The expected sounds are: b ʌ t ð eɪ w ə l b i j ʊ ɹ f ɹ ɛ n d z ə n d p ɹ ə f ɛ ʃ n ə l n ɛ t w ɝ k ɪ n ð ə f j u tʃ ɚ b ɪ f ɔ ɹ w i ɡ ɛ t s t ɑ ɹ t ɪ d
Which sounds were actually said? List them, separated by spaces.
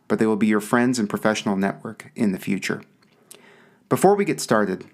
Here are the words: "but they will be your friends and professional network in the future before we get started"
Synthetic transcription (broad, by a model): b ʌ t ð eɪ w ə l b i j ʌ ɹ f ɹ ɛ n d z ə n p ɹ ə f ɛ ʃ n l n ɛ t w ɝ k ɪ n ð ə f j u tʃ ɚ b ɪ f ɔ ɹ w i ɡ ɛ t s t ɑ ɹ t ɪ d